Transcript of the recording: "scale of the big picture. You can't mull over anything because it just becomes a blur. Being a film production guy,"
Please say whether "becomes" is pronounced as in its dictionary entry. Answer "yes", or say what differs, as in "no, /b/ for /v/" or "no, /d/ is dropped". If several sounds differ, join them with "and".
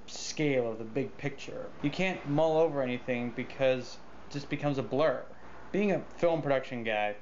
yes